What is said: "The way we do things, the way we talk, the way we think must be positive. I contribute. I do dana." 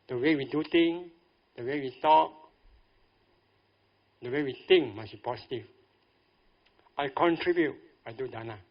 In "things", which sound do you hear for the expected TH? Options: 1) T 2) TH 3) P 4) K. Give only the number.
1